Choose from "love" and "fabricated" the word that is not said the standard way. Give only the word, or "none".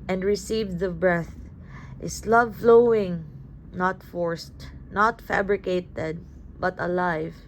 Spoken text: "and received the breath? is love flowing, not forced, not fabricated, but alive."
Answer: none